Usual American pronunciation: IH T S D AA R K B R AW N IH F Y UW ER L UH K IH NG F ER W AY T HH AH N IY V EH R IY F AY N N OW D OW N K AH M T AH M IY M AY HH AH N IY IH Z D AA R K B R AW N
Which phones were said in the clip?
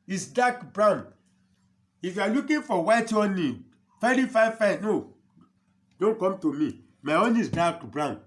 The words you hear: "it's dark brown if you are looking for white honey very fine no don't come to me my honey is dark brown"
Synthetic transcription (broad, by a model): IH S D AA K B R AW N IH F Y UW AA L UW K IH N F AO W AY T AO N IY F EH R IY F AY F N OW D OW N K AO M T AH M IY M AY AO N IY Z D AA K B R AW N